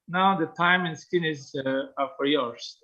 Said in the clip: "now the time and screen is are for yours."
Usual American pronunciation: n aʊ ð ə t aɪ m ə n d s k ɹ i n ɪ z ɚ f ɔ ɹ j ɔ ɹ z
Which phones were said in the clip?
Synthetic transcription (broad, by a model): n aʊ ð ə t aɪ m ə n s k i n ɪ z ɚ f ɔ ɹ j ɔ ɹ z